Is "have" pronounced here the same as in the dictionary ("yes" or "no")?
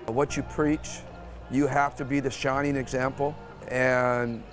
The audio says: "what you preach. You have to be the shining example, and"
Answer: no